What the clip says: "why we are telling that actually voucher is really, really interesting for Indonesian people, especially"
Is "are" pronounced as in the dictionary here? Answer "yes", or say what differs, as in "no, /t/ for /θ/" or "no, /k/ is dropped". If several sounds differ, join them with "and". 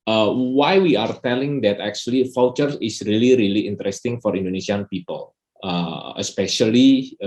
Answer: yes